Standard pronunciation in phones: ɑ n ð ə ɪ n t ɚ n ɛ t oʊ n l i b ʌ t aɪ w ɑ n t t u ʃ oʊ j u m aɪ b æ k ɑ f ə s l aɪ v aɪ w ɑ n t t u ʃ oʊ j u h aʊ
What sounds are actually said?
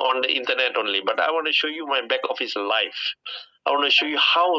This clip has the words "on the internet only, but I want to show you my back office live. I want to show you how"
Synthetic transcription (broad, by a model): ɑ n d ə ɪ n t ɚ n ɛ t oʊ n l i b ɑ t aɪ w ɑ n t t u ʃ oʊ j u m aɪ b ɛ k ɑ f ə s l aɪ f aɪ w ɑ n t t u ʃ oʊ j u h aʊ